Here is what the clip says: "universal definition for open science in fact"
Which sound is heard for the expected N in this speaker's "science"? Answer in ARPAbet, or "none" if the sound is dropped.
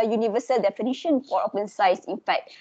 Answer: none